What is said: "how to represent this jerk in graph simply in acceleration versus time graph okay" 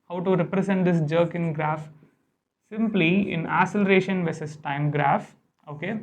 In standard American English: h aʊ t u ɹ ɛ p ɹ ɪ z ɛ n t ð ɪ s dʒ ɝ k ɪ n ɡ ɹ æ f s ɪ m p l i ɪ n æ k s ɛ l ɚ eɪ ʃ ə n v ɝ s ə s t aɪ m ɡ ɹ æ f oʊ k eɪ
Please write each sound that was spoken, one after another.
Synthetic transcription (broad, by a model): h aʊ t u ɹ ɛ p ɹ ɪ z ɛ n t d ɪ s dʒ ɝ k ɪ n ɡ ɹ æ f s ɪ m p l i ɪ n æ s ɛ l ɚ eɪ ʃ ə n v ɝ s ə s t aɪ m ɡ ɹ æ f oʊ k eɪ